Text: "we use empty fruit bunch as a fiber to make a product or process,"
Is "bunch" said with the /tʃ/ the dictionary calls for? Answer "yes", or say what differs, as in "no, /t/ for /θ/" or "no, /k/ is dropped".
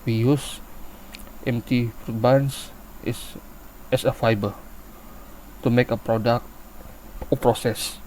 no, /s/ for /tʃ/